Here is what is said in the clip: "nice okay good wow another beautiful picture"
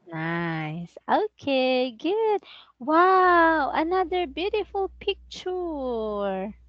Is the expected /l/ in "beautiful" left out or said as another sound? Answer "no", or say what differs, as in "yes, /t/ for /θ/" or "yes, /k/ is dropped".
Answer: no